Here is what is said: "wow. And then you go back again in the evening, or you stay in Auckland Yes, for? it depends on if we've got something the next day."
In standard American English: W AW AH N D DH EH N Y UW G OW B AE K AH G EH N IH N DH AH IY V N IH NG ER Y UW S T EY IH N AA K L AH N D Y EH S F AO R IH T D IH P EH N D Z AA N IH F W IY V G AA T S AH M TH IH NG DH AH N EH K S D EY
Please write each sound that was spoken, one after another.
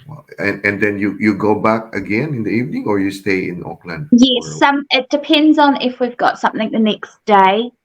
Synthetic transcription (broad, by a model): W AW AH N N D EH N Y UW G OW B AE K AH G EH N IH N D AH IY V N IH NG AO Y UW S T EY IH N AA K L AH N D Y EH S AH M IH T D IH P EH N D Z N IH F W IY V G AA T S AH M TH IH NG DH AH N EH K S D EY